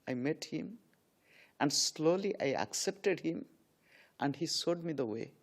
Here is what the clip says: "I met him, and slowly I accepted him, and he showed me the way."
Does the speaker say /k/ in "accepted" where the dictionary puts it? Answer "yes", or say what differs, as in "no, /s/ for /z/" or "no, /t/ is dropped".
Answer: yes